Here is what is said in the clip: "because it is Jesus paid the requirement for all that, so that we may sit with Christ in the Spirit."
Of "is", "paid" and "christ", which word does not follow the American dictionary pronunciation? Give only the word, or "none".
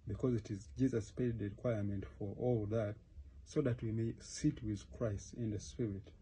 none